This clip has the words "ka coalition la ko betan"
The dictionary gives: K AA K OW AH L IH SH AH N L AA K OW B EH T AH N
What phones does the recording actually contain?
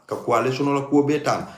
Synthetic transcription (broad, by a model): K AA K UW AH L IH S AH N L AA K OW B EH T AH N